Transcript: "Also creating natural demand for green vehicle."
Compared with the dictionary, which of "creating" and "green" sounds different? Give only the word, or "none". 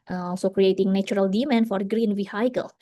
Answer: none